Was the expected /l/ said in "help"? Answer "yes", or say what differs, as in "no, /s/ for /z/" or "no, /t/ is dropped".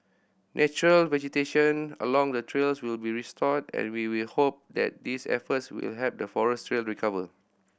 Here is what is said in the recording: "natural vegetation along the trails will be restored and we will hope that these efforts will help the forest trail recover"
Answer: no, /l/ is dropped